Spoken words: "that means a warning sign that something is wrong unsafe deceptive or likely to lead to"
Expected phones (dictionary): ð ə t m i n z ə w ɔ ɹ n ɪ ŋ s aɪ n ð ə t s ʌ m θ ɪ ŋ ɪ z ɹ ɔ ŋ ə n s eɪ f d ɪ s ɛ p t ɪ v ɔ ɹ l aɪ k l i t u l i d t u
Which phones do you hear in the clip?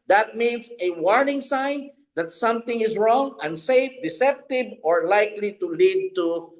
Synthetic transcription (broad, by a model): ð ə t m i n s ə w ɔ ɹ n ɪ ŋ s aɪ n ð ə t s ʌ m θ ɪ ŋ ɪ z ɹ ɔ ŋ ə n s eɪ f d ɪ s ɛ p t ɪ b ɔ ɹ l aɪ k l i t u l i d t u